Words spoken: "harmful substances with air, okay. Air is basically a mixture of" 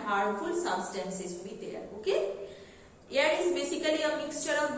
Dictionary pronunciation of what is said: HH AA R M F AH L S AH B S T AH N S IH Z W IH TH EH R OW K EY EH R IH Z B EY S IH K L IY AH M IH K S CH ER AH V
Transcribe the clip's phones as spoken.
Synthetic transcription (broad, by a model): HH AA R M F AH L S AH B S T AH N S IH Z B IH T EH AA OW K EY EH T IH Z B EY S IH K L IY AH M IH K S CH ER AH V